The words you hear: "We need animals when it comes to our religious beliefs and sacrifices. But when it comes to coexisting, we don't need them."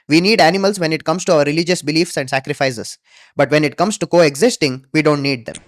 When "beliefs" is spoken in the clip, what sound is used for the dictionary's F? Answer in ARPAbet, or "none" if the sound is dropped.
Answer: F